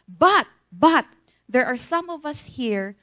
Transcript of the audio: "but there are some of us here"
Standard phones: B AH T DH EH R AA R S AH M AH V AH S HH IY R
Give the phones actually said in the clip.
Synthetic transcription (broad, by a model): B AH T DH EH R AA R S AH M AH V AH S HH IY R